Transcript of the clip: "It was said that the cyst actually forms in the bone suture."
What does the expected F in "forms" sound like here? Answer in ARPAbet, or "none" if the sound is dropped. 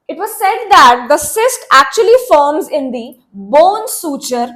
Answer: F